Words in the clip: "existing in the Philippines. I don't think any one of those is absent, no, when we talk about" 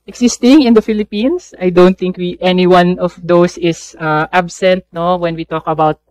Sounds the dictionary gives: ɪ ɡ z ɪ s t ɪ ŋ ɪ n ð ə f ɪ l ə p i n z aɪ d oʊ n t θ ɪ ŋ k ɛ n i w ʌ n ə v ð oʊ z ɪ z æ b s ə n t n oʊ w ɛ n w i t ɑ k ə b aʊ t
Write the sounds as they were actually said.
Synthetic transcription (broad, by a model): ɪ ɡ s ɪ s t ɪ ŋ ɪ n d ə f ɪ l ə p i n s aɪ d oʊ n t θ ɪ ŋ k ɛ n i w ʌ n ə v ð oʊ s ɪ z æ b s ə n t n oʊ w ɛ n w i t ɑ k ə b aʊ t